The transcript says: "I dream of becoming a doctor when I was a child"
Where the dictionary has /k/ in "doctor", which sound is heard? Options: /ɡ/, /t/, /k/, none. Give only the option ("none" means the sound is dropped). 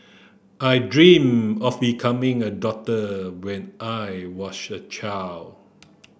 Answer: none